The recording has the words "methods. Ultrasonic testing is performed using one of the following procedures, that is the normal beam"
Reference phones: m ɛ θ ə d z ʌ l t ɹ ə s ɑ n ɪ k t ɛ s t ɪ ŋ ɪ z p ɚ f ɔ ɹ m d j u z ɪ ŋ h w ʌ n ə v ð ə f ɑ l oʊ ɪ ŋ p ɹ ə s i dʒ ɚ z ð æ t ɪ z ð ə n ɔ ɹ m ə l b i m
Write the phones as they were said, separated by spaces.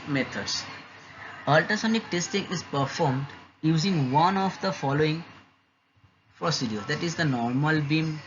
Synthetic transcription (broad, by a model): m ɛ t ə d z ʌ l t ə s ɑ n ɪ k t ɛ s t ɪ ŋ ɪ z p ɚ f ɔ ɹ m d j u z ɪ ŋ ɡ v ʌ n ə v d ə f ɑ l oʊ ɪ ŋ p ɹ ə s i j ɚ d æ t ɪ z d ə n ɔ ɹ m ə l b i m